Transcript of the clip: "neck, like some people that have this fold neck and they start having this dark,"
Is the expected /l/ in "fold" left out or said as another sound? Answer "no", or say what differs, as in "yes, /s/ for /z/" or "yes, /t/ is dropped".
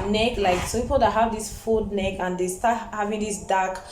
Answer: yes, /l/ is dropped